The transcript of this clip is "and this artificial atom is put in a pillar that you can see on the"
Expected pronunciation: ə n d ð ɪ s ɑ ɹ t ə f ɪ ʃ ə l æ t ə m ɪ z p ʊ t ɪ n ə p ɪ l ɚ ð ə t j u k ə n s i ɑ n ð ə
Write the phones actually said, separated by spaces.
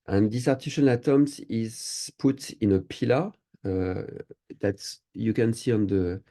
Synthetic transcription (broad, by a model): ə n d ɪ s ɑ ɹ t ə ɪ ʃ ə n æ t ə m ɪ z p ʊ t ɪ n ə p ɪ l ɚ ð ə t j u k ə n s i ɑ n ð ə